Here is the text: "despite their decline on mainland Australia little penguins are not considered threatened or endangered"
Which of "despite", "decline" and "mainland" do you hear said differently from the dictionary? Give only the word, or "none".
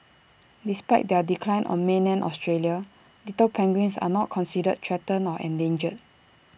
mainland